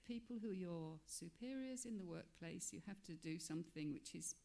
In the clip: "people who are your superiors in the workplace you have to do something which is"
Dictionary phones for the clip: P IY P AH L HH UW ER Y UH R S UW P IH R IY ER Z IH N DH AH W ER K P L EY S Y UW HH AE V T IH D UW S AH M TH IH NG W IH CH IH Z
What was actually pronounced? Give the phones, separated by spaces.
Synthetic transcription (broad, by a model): P IY P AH L HH UW Y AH R S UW P IH R IY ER Z IH N DH AH W ER K P L EY S Y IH HH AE F T IH D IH S AH M TH IH NG W IH CH IH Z